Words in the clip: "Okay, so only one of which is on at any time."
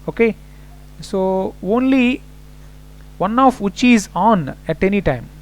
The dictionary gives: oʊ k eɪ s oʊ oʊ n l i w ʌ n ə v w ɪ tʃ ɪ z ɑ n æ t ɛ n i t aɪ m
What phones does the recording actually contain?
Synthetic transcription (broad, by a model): oʊ k eɪ s oʊ oʊ n l i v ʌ n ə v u tʃ ɪ z ɑ n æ t ɛ n i t aɪ m